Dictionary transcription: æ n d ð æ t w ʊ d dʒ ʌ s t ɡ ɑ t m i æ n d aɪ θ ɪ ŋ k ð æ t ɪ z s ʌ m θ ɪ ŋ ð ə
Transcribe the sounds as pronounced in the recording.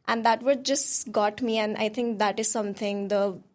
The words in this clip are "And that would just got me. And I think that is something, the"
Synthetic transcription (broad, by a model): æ n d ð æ t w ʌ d dʒ ʌ s t ɡ ɑ t m i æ n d aɪ t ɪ ŋ k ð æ t ɪ z s ʌ m t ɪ ŋ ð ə